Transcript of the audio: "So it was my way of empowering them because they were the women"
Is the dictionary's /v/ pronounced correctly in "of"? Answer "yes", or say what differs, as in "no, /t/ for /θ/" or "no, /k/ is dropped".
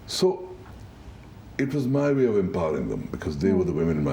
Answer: yes